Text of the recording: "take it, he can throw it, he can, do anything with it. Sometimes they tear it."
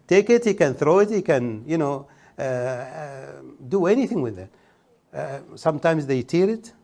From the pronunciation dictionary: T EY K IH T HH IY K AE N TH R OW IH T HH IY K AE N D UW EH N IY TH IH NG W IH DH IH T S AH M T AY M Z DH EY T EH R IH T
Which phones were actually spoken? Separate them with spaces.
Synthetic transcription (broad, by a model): T EY K IH T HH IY K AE N TH R OW IH T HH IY K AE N D UW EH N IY TH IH NG W IH DH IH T S AH M T AY M Z DH EY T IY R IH T